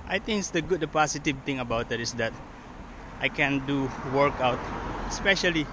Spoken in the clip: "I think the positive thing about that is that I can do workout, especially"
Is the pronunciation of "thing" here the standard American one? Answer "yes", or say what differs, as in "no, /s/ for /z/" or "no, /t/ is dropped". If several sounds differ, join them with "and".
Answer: no, /t/ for /θ/